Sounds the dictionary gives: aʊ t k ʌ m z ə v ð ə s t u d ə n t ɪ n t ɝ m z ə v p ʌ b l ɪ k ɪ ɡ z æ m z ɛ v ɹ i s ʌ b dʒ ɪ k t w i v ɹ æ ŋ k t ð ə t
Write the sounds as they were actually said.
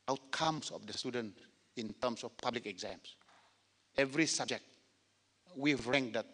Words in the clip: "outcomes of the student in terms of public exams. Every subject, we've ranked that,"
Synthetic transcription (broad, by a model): aʊ t k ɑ m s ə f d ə s t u d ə n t ɪ n t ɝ m s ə f p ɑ b l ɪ k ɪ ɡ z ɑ m s ɛ v ɹ i s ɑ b dʒ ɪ k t w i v ɹ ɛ ŋ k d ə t